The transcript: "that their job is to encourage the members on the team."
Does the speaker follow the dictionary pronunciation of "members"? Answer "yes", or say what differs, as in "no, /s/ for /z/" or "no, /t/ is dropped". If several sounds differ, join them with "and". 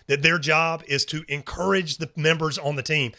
yes